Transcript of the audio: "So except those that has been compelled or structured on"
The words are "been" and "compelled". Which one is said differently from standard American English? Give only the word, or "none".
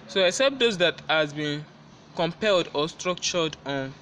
none